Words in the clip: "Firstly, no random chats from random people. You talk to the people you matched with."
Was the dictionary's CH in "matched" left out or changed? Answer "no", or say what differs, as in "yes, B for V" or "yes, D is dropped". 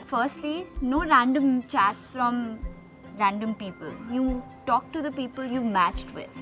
no